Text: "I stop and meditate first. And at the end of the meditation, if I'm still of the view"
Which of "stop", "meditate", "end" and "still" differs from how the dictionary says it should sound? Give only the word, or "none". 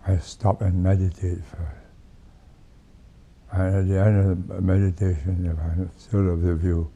none